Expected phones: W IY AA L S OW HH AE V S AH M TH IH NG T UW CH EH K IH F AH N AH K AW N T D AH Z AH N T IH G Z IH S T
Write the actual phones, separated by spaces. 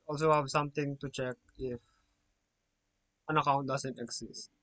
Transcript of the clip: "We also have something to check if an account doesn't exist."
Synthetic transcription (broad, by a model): AA L S OW HH AE V S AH M T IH NG T UW CH EH K IH F AH N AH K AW N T D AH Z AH N T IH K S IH S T